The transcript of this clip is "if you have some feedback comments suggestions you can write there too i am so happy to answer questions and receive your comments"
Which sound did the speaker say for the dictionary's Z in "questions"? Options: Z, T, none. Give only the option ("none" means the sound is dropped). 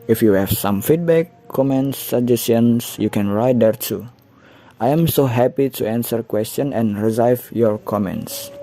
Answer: none